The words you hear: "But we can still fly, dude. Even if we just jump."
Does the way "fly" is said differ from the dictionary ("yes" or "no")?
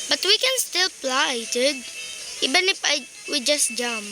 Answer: yes